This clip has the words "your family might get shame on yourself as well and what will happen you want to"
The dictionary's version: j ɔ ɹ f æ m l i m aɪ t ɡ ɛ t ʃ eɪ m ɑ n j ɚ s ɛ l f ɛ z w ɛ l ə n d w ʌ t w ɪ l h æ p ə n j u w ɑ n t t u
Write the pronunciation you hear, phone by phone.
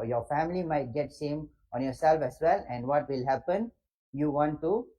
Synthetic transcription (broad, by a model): j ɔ ɹ f æ m l i m aɪ t ɡ ɛ t s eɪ m ɑ n j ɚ s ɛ l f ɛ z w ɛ l ə n d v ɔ t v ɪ l h æ p ə n j u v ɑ n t t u